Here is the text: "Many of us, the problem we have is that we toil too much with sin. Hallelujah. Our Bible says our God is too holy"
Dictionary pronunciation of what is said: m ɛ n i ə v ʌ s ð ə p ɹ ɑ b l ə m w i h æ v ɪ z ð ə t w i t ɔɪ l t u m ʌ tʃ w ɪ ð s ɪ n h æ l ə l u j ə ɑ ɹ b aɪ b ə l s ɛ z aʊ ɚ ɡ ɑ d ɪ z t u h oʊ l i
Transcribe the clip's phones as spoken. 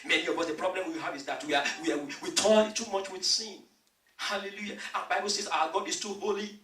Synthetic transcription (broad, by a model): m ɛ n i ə b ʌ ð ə p ɹ ɑ b l ə m w i h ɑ v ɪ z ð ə t w i t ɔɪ n t u m ʌ tʃ w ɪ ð s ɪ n h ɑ l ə l u j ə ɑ b aɪ b ə l s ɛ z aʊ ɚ ɡ ɑ d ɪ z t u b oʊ l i